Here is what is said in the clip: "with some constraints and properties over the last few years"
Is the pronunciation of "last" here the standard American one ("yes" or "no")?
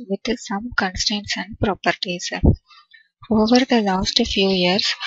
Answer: yes